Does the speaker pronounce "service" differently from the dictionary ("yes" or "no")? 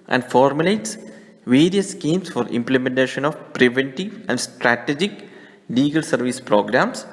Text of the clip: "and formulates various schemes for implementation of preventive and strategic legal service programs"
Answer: no